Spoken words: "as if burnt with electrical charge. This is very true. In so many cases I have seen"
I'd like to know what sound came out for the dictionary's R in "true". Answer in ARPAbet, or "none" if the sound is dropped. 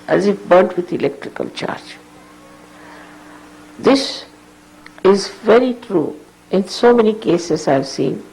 R